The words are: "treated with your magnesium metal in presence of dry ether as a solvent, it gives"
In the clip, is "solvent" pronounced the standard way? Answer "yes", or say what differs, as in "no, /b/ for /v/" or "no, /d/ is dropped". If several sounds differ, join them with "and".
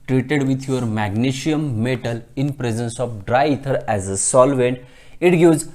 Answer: yes